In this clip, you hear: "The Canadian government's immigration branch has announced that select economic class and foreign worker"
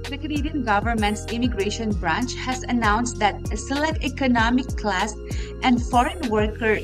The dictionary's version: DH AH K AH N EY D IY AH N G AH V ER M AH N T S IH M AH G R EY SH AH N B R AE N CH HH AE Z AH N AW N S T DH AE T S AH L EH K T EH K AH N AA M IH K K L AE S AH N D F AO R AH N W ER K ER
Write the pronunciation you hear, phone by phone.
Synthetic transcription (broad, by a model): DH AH K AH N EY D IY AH N G AH V ER M AH N T S IH M AH G R EY SH AH N B R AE N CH HH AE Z AH N AW N S T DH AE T S AH L EH K T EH K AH N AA M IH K K L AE S AH N D F AO R AH N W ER K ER